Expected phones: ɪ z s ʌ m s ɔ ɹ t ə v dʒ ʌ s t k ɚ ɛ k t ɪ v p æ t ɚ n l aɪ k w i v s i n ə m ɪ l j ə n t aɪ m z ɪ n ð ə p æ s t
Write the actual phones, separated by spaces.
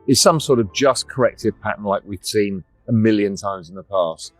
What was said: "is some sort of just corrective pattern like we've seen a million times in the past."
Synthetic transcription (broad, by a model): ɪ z s ʌ m s ɔ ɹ t ə v dʒ ʌ s k ɚ ɛ k t ɪ v p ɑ t n l aɪ k w i v s i n ə m ɪ l j ə n t aɪ m z ɪ n ð ə p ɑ s t